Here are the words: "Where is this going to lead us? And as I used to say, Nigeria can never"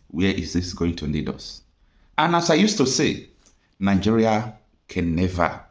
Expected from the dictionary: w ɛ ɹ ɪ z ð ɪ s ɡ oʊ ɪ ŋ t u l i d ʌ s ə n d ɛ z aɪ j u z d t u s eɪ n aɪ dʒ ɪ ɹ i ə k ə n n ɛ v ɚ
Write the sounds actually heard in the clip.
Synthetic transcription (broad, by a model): w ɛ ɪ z ð ɪ s ɡ oʊ ɪ ŋ t u n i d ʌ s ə n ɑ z aɪ j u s t u s eɪ n aɪ dʒ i ɹ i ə k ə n n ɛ v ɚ